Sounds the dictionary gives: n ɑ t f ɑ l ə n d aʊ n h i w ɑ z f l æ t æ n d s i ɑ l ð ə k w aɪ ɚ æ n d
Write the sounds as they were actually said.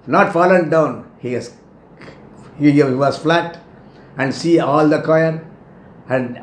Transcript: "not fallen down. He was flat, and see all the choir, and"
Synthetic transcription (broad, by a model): n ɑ t f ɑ l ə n d aʊ n h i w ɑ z f l æ t æ n d s i ɑ l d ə k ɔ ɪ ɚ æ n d